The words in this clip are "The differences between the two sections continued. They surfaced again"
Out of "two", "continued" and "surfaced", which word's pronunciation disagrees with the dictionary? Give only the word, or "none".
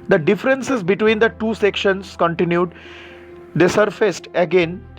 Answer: none